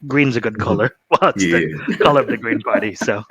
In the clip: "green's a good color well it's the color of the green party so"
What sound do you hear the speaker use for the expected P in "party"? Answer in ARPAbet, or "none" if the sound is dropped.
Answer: B